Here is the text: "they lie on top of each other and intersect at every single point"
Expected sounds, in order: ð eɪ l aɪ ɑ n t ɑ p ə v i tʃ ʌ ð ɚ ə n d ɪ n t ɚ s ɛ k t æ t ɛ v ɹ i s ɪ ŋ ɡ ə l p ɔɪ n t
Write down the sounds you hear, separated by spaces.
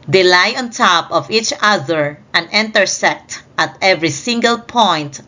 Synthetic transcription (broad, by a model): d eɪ l aɪ ɑ n t ɑ p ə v i tʃ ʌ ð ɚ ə n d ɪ n t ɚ s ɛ k t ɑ t ɛ v ɹ i s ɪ ŋ ɡ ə l p ɔɪ n t